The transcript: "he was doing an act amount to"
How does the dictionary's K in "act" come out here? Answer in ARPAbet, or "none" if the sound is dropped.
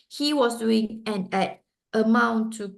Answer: none